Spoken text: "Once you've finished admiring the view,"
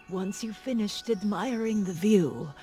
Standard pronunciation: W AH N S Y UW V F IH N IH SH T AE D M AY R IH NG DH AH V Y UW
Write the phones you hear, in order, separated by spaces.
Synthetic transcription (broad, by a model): W AH N S Y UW F IH N IH SH T AE D M AY R IH NG DH AH V Y UW